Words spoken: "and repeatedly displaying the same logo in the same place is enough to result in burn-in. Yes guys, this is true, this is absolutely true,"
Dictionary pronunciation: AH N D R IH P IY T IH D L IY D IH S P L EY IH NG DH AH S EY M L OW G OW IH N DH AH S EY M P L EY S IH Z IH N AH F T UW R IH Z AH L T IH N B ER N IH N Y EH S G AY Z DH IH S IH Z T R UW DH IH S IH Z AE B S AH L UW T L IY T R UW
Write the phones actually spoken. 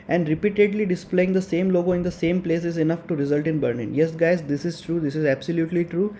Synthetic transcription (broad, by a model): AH N D R IH P IY T IH D L IY D IH S P L EY IH NG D AH S EY M L OW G OW IH N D AH S EY M P L EY S IH Z IH N AH F T UW R IH Z AH L T IH N B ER L IH N Y EH S G AY Z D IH S IH Z T R UW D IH S IH Z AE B S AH L UW T L IY T R UW